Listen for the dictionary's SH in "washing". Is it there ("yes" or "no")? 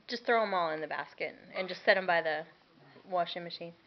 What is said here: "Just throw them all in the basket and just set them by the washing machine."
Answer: yes